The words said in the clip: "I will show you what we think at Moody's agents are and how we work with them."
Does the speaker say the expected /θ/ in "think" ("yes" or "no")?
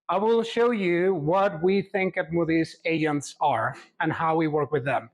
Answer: yes